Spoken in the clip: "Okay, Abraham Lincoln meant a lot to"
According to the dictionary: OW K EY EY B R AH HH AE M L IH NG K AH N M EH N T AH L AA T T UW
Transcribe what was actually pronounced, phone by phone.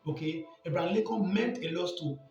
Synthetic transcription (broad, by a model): OW K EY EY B R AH L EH K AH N M EH N T AH L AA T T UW